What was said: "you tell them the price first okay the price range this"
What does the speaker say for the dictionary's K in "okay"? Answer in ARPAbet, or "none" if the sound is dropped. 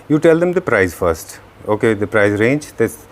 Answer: K